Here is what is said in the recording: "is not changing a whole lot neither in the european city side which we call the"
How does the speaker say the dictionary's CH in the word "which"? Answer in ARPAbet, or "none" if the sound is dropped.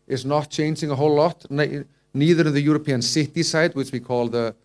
CH